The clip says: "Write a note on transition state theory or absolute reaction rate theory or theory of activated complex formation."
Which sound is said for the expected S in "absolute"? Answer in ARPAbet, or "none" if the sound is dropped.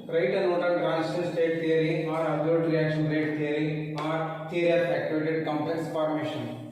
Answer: none